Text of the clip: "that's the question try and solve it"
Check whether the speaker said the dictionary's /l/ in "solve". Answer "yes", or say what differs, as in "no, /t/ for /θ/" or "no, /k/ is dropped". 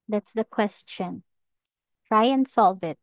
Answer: yes